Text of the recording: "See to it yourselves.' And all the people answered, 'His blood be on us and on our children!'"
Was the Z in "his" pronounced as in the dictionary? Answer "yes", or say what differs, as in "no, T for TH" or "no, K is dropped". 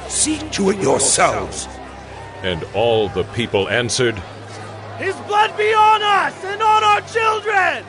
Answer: yes